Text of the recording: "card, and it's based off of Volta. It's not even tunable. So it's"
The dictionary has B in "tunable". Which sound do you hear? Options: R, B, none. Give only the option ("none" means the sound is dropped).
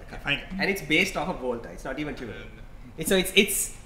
none